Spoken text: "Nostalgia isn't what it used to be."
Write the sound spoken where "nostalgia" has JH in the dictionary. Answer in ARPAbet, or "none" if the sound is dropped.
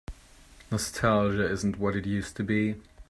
ZH